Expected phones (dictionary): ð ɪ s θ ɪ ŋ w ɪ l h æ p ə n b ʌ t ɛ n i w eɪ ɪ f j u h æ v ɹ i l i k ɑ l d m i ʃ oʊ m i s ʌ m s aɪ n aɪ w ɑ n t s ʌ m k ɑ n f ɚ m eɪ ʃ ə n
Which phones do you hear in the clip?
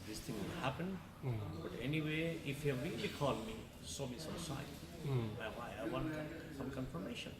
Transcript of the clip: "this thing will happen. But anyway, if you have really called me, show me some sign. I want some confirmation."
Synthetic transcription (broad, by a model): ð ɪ s t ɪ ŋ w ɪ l h æ p ə n b ʌ t ɛ n i w eɪ ɪ f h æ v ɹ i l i k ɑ l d m i s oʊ m i s ʌ m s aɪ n aɪ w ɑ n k s ʌ m k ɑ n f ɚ m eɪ ʃ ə n